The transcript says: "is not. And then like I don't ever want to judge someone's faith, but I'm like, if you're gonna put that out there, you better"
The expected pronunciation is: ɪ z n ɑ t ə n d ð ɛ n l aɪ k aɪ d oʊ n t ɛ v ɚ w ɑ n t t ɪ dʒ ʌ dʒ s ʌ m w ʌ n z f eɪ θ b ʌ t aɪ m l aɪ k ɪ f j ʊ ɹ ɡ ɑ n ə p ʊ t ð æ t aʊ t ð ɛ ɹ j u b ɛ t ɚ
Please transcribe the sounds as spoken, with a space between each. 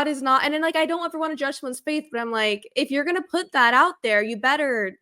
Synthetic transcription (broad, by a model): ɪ z n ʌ t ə n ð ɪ n l aɪ k aɪ d oʊ n t ɛ v ɚ w ɑ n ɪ dʒ ʌ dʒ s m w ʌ n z f eɪ θ b ʌ t aɪ m l aɪ k ɪ f j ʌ ɹ ɡ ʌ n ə p ʊ t ð æ t aʊ t ð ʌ ɹ j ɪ b ɛ t ɚ